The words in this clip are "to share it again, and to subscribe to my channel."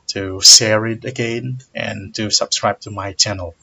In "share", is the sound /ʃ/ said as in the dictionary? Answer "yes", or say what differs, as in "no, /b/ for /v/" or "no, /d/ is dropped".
no, /s/ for /ʃ/